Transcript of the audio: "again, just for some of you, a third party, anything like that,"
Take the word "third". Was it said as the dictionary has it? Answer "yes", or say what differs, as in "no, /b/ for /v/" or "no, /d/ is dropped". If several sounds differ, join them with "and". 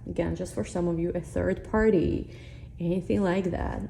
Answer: yes